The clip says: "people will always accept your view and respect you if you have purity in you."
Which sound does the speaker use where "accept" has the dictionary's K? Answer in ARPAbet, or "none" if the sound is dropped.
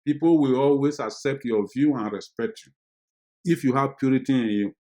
K